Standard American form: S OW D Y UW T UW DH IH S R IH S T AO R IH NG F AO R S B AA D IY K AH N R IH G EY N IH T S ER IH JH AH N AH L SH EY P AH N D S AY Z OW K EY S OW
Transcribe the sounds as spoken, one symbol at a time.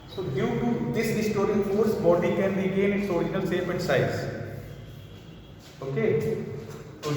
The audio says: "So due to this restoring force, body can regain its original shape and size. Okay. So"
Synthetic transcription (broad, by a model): S OW D Y UW T UW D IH S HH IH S T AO R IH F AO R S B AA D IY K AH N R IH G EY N IH T S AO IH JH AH N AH L S EY F AH N D S AY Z OW K EY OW